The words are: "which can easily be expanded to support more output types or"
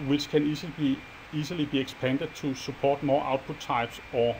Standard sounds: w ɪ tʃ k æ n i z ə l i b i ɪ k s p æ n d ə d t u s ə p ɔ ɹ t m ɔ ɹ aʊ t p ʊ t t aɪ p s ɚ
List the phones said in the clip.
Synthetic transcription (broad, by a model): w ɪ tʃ k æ n i s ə l i b i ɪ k s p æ n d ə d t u s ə p ɔ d m ɔ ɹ aʊ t p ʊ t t aɪ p s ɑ